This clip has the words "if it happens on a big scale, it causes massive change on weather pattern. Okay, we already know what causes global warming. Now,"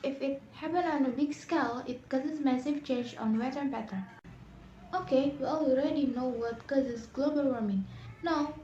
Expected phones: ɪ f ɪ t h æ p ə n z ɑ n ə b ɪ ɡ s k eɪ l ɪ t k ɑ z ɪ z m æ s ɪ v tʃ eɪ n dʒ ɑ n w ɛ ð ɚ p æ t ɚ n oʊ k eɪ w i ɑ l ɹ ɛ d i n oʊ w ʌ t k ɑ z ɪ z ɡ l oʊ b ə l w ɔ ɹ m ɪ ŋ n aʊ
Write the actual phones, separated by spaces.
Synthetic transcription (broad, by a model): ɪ f ɪ t h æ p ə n ɑ n ə b ɪ ɡ s k eɪ l ɪ t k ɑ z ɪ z m æ s ɪ v tʃ eɪ n dʒ ɑ n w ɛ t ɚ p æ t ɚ oʊ k eɪ w i ɑ l ɹ ɛ d i n oʊ w ʌ t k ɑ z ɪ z ɡ l oʊ b ə l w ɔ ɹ m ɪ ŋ n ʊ